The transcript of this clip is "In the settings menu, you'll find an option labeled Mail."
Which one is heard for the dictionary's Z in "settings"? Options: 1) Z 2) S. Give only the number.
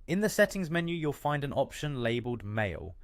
1